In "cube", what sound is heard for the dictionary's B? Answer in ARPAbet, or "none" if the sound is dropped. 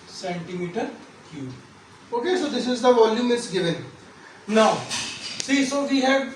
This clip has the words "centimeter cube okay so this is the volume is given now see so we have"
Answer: none